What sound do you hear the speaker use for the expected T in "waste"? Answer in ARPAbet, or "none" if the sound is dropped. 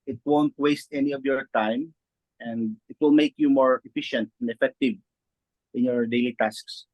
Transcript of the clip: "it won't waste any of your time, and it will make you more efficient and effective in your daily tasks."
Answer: T